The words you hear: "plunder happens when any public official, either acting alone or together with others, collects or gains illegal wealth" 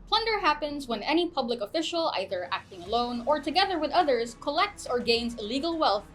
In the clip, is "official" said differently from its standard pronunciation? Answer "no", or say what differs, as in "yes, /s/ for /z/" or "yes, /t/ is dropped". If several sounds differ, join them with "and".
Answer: no